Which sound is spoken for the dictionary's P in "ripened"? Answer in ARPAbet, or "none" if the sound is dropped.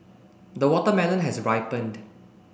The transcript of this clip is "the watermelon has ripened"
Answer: P